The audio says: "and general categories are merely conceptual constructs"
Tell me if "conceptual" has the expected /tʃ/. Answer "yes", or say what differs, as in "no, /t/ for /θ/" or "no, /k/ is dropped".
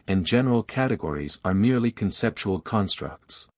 yes